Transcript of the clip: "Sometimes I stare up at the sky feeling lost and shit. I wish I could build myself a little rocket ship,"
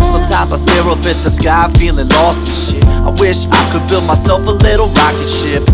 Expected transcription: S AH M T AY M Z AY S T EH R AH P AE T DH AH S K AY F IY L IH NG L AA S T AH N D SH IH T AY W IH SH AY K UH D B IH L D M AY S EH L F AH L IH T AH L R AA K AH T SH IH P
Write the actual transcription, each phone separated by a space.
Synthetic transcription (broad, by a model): S AH M T AY M Z AY S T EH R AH B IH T DH AH S K AY F IY L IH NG L AA S T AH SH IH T AY W IH SH AY K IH D B IH L D M AY S EH L F AH L IH T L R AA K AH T SH IH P